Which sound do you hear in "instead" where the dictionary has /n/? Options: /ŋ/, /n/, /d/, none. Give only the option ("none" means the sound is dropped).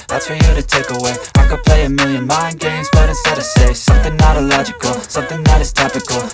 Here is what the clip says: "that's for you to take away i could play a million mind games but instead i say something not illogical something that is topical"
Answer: none